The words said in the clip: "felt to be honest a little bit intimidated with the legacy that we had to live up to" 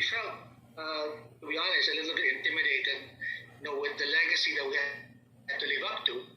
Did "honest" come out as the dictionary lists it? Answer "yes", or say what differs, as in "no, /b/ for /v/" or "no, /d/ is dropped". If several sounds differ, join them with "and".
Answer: no, /l/ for /n/ and /t/ is dropped